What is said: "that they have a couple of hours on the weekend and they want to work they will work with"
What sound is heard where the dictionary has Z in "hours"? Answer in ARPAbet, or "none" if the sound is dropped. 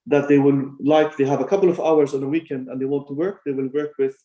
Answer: Z